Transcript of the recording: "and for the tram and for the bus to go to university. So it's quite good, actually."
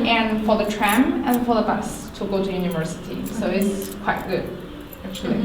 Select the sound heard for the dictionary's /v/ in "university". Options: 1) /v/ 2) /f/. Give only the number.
1